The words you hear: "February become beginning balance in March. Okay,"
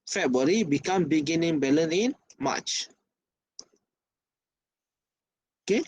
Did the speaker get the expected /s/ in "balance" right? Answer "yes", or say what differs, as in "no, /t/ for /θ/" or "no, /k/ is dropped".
no, /s/ is dropped